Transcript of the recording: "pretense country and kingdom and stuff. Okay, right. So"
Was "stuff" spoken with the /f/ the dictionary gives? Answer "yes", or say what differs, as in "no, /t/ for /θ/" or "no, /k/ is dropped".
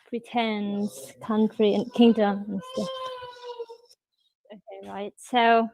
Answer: no, /f/ is dropped